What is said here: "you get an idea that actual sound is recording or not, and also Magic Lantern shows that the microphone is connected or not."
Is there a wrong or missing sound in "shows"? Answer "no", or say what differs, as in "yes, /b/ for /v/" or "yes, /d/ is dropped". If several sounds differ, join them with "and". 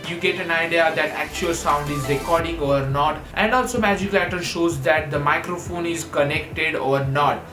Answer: no